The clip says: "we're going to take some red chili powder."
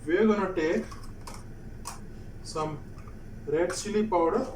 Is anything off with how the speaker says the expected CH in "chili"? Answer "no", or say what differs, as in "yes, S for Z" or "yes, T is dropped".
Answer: yes, S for CH